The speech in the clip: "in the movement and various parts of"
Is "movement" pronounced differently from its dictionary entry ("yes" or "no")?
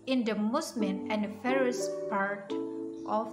yes